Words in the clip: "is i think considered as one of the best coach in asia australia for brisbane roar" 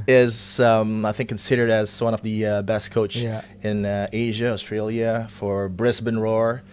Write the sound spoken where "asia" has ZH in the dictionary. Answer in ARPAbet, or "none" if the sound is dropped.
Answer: ZH